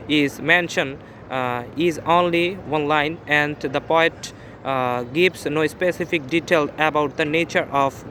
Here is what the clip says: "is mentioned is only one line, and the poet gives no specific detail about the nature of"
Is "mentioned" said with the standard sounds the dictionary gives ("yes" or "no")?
no